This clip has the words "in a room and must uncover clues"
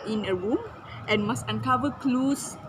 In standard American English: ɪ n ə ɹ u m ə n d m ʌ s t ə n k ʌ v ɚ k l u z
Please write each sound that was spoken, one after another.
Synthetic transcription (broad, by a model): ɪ n ə ɹ u m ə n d m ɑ s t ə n k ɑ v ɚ k l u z